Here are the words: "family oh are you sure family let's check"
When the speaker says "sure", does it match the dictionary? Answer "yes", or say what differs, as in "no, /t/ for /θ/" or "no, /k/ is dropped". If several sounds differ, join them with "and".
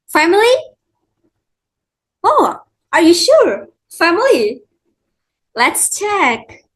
yes